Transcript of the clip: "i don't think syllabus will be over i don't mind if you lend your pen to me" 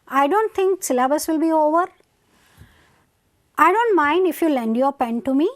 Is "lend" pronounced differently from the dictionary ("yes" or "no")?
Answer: no